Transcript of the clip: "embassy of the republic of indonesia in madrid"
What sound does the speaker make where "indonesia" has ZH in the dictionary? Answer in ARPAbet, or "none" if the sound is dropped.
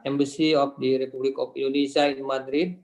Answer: S